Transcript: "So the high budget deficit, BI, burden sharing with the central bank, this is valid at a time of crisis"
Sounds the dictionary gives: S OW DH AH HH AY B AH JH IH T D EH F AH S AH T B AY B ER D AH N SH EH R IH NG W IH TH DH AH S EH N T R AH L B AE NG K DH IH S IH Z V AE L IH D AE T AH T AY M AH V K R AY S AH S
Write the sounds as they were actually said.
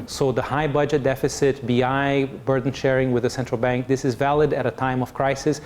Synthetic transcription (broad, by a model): S OW DH AH HH AY B AH JH IH T D EH F AH S AH T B AY B ER D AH N SH EH R IH NG W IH DH AH S EH N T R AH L B AE NG K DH IH S IH Z V AE L IH D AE T AH T AY M AH V K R AY S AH S